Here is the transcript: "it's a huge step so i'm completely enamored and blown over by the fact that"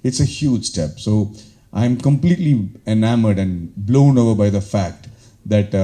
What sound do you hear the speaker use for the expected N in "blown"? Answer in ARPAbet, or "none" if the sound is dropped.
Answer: N